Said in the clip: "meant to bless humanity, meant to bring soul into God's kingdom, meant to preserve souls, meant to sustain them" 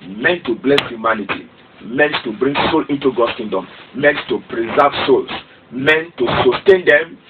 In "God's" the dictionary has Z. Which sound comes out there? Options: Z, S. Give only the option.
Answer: S